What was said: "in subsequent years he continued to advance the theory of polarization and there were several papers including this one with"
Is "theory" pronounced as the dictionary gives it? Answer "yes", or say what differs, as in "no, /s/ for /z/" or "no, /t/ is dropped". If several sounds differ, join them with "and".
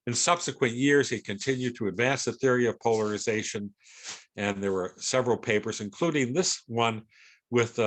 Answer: yes